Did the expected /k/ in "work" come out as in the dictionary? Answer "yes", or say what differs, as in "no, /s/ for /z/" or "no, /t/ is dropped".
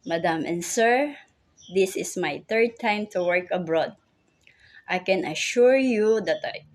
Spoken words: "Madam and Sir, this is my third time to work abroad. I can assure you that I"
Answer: yes